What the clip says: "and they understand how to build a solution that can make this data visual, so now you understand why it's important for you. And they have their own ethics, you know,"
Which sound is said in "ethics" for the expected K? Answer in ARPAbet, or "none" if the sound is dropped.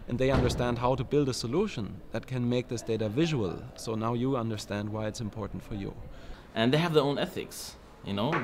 K